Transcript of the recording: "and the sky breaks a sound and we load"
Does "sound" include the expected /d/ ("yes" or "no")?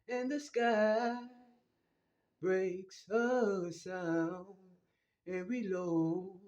no